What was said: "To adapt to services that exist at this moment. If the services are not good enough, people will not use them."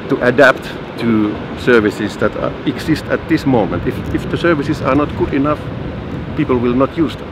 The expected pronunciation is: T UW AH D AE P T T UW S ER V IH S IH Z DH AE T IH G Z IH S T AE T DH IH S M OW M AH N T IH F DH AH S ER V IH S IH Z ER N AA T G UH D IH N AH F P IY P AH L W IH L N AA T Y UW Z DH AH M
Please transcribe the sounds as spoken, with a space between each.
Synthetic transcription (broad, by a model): T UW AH D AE P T T UW S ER V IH S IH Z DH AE T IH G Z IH S T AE T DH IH S M OW M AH N T IH F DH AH S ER V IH S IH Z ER N AA T G UH D IH N AH F P IY P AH L W IH L N AA T Y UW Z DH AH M